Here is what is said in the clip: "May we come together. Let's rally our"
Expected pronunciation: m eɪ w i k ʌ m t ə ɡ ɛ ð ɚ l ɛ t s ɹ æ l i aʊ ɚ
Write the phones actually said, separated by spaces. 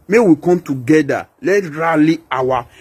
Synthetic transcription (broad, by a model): m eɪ w i k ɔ m t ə ɡ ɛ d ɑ l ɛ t ɹ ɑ l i aʊ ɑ